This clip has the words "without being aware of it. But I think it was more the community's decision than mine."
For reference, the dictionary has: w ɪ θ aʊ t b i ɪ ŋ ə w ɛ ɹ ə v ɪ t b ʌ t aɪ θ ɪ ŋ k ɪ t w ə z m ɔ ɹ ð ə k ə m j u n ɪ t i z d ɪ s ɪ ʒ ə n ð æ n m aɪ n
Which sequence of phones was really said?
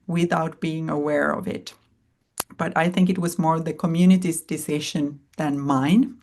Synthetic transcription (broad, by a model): w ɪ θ aʊ t b i ɪ ŋ ə w ɛ ɹ ə v ɪ t b ʌ t aɪ θ ɪ ŋ k ɪ t w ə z m ɔ ɹ ð ə k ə m j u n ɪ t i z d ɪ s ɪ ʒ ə n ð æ n m aɪ n